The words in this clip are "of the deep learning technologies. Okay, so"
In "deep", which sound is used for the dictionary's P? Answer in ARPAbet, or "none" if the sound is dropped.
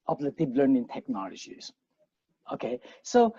B